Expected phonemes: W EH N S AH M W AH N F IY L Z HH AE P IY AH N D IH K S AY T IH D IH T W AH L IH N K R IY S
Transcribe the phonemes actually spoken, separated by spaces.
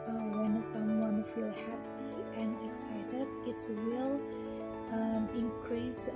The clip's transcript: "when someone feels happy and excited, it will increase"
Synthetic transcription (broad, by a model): W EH N S AH M W AH N F IY L HH AE P IY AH N IH K S AY T IH D IH T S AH L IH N K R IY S